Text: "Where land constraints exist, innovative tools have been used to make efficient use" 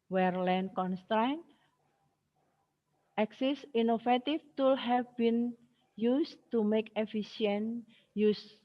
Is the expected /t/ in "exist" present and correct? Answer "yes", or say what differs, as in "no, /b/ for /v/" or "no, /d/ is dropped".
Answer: no, /t/ is dropped